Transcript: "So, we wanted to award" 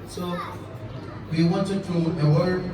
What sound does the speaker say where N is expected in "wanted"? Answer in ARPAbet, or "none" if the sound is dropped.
N